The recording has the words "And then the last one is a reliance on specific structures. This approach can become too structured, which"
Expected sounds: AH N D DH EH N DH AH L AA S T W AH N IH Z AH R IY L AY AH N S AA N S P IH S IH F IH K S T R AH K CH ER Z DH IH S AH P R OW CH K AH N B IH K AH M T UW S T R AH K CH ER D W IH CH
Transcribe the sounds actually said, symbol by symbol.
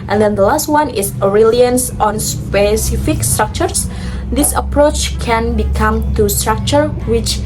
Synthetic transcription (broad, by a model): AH N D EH N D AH L AA S T W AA N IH S AH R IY L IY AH N S AA N S P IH S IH F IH K S T R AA K CH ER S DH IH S AH P R OW CH K AH N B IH K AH M T UW S T R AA K CH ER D W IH CH